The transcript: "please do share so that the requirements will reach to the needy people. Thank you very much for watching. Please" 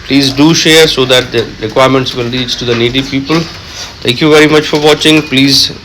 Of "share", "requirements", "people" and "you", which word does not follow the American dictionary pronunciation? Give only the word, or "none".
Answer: none